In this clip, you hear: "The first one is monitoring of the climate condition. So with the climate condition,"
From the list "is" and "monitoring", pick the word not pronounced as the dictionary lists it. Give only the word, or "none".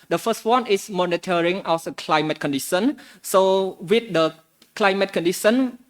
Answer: is